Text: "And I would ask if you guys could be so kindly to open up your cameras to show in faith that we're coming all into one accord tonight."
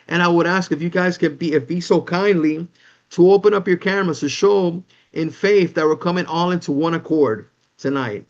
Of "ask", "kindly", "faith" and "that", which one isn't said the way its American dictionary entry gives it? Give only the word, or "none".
none